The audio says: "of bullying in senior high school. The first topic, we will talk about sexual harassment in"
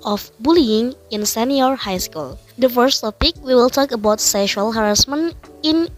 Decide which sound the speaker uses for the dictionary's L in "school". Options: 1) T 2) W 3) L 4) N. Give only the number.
3